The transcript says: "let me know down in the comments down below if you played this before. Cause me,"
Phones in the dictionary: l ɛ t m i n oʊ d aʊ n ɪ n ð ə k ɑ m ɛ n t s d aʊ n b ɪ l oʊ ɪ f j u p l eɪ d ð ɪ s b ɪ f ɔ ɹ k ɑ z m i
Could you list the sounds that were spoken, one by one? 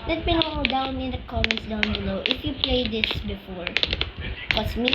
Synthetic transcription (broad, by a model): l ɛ t m i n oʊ d aʊ n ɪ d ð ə k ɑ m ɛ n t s d aʊ n b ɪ l oʊ ɪ f j u p l eɪ d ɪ s b ɪ f ɔ ɹ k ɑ s m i